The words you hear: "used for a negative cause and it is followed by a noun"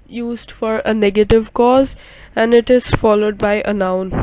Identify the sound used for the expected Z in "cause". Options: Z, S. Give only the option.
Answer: Z